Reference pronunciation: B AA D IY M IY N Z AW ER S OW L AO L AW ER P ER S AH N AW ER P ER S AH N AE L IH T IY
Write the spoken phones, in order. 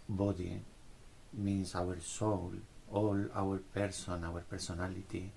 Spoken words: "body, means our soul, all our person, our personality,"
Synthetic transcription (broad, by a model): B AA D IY M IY N S AW ER S OW L AO L AW ER P ER S AH N AW ER P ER S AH N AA L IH T IY